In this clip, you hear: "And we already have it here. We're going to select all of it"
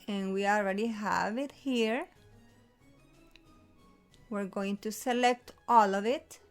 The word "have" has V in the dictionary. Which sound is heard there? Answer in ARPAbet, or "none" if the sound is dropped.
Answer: V